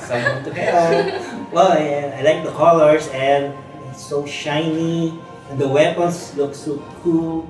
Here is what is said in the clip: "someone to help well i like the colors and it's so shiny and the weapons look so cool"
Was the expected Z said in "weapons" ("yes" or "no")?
no